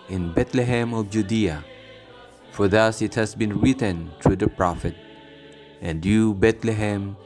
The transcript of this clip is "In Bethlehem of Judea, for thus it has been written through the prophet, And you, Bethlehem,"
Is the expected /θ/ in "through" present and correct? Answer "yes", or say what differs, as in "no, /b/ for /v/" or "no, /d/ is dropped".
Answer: no, /t/ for /θ/